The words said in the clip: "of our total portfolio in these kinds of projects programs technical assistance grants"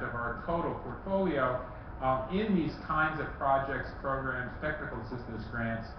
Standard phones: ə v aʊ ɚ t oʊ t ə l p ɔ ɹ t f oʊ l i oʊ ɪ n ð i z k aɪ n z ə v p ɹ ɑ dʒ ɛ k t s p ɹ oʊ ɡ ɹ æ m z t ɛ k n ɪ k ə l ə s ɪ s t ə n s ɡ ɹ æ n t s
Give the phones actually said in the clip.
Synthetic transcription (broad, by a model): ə v aʊ ɚ t oʊ t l p ɔ ɹ t f oʊ l i oʊ ɪ n ð i z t aɪ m z ə v p ɹ ɑ dʒ ɛ k t s p ɹ oʊ ɡ ɹ æ m z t ɛ k n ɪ k l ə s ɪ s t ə s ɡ ɹ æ n t s